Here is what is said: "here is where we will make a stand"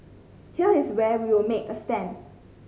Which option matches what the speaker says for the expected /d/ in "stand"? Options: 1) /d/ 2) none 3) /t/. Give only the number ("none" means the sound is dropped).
2